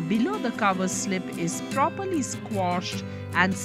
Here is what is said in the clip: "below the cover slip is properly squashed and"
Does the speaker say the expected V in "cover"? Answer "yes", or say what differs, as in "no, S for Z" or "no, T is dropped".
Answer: yes